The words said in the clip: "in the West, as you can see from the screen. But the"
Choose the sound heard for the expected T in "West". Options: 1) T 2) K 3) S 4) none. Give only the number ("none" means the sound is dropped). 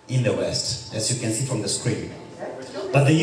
1